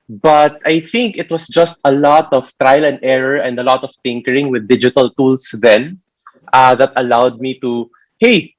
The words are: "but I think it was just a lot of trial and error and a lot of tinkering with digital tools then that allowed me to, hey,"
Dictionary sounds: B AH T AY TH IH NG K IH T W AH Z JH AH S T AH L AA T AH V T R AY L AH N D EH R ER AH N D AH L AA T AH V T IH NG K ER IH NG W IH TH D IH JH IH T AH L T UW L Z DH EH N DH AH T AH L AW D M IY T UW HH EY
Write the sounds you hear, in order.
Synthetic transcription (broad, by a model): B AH T AY TH IH NG K IH T W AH S JH AH S T AH L AA T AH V T R AY L AH N D EH R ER AH N D AH L AA T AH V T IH NG K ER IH NG W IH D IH JH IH T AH L T UW L S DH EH N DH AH T AH L AW D M IY T UW HH EY